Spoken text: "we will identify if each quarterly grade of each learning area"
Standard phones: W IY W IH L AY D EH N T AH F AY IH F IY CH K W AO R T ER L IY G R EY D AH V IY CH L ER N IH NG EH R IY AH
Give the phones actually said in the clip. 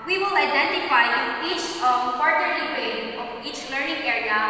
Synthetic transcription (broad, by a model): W IY W IH L AY D EH N T AH F AY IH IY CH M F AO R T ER IY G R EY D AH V IY CH L ER N IH NG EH R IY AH